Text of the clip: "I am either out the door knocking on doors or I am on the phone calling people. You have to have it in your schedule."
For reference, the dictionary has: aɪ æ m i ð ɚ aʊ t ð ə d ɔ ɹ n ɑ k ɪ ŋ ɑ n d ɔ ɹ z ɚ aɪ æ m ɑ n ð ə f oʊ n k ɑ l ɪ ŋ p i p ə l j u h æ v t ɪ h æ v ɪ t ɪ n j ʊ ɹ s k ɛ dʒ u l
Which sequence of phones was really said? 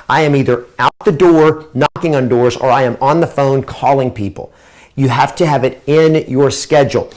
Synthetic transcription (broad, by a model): aɪ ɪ m i ð ɚ aʊ t ð ə d ɔ ɹ n ɑ k ɪ ŋ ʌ n d ɔ ɹ z ɚ aɪ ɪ m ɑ n ð ə f oʊ n k ɑ l ɪ ŋ p i p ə l j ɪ h æ f t ɪ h v ɪ t ɪ n j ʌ ɹ s k ɛ dʒ l